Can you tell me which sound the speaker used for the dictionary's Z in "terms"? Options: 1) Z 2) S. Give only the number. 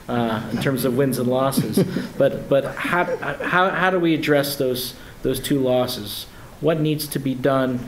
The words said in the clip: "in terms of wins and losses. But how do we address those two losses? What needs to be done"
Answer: 1